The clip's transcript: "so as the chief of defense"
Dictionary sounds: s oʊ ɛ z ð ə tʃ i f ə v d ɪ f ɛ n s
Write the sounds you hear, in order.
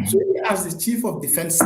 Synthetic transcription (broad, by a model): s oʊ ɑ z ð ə tʃ i f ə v d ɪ f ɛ n s